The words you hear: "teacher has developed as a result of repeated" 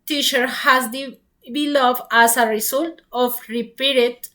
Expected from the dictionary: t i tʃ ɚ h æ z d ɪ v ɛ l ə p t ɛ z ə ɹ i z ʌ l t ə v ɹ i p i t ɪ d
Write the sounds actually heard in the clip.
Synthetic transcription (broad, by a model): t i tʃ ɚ h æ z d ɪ b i l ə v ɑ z ə ɹ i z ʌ l t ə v ɹ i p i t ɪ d